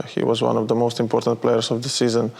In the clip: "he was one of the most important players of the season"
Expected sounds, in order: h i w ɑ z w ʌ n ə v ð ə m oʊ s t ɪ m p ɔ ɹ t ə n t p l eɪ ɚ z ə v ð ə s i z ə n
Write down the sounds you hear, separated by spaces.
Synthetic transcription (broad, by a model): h i w ɑ z w ʌ n ə v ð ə m oʊ s t ɪ m p ɔ ɹ t ə n t p l eɪ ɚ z ə v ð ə s i z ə n